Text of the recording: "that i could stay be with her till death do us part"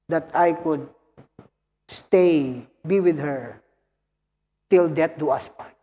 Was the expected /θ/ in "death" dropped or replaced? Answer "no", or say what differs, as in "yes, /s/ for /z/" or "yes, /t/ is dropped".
yes, /t/ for /θ/